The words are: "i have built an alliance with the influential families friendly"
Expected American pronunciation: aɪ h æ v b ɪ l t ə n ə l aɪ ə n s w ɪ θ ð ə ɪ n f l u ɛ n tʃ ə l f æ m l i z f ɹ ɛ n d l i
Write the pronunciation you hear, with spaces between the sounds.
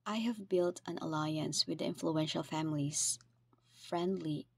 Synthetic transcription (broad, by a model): aɪ h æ v b ɪ l t ə n ə l aɪ ə n s w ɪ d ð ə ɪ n f l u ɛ n ʃ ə l f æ m l i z f ɹ ɛ n d l i